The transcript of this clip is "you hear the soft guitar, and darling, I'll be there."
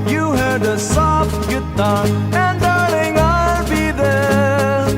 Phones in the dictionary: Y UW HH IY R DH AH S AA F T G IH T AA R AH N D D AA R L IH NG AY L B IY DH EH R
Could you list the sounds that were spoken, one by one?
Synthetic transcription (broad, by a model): Y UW HH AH R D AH S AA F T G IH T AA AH N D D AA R N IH NG AY L B IY DH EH R